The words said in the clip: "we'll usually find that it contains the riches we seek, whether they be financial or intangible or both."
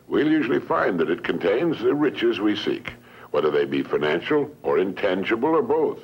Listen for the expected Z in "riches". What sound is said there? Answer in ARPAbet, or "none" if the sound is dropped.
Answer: Z